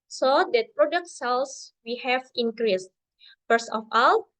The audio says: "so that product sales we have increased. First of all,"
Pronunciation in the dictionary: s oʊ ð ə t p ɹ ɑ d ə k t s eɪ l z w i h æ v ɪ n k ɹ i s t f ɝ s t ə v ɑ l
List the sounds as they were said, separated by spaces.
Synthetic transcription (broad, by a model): s oʊ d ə t p ɹ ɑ d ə k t s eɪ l s w i h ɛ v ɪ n k ɹ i s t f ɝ s ə f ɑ l